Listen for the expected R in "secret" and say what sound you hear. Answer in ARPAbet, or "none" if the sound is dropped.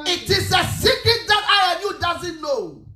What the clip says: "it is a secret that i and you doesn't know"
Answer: none